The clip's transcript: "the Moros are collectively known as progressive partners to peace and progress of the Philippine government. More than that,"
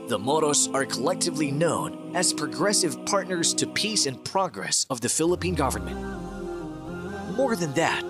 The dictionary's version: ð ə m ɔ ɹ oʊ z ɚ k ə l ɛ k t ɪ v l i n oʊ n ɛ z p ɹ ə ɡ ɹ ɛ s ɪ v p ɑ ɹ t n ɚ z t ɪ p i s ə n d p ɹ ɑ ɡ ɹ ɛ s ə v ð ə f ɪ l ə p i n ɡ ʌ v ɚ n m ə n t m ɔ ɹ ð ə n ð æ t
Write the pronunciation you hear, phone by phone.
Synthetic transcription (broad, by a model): ð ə m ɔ ɹ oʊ s ɚ k ə l ɛ k t ɪ v l i n oʊ n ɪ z p ɹ ə ɡ ɹ ɛ s ɪ v p ɑ ɹ t n ɚ z t ɪ p i s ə n p ɹ ɑ ɡ ɹ ɛ s ə v ð ə f ɪ l ə p i n ɡ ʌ v ɚ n m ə n t m ɔ ɹ ð ə n ð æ t